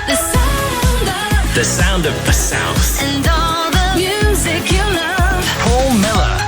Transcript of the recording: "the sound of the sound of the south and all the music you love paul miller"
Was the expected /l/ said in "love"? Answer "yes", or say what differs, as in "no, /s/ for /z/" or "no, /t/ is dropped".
no, /n/ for /l/